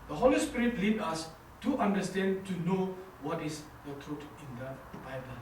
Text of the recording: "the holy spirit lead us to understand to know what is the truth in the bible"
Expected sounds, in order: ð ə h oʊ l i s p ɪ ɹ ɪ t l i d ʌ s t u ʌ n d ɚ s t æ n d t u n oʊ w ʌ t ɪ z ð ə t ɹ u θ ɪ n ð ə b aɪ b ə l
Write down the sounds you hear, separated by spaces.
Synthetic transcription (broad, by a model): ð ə h oʊ l i s p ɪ ɹ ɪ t l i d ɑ s t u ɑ n d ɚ s t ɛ n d t u n oʊ w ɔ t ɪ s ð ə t ɹ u t ɪ n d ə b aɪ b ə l